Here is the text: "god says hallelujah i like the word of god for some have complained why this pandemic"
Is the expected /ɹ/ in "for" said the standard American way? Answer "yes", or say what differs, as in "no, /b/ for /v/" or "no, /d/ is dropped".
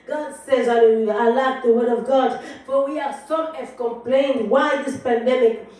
no, /w/ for /ɹ/